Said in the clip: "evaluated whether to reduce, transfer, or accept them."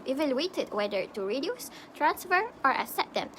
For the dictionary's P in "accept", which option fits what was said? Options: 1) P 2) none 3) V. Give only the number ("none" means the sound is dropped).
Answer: 2